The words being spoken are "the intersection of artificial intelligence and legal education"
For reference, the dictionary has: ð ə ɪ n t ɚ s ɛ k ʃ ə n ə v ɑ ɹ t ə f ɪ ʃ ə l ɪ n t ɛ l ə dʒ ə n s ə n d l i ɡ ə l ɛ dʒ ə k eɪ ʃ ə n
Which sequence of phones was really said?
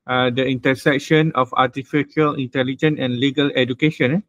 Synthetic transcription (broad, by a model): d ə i n t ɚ s ɛ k ʃ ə n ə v ɑ t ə f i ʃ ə l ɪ n t ɛ l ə dʒ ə n ə n l i ɡ ə l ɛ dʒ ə k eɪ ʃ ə n